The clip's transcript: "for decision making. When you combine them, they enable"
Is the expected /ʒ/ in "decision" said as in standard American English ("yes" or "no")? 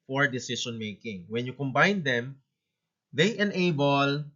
no